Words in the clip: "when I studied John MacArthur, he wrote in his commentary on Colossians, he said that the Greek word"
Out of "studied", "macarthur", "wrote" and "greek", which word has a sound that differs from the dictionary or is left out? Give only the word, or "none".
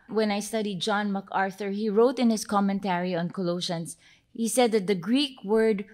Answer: none